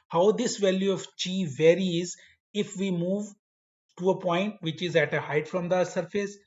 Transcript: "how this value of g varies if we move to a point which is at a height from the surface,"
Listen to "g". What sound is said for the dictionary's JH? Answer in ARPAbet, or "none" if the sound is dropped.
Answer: CH